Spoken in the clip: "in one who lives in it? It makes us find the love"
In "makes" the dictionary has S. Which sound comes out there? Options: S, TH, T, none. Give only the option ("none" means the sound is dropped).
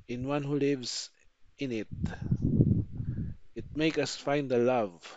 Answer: none